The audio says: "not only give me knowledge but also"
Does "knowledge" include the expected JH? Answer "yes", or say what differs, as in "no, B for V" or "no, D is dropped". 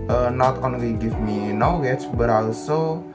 no, CH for JH